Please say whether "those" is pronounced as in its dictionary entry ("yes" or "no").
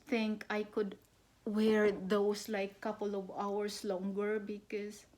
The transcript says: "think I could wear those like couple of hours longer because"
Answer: no